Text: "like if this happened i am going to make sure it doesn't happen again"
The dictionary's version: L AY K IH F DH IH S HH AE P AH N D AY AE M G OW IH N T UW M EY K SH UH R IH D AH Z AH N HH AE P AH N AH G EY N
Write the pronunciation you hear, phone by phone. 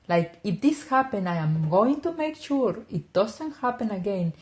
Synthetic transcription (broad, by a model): L AY K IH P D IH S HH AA P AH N AY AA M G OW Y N T UW M EY K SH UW R IH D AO S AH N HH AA P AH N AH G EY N